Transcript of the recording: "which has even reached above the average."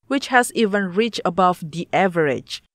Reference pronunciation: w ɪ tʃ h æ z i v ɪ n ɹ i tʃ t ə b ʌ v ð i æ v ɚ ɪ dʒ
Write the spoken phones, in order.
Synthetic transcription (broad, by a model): w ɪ tʃ h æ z i v ɪ n ɹ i tʃ ə b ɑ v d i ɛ v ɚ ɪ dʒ